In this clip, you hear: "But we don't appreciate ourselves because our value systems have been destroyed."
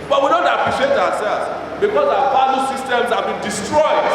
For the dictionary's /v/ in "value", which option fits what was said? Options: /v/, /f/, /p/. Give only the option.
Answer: /p/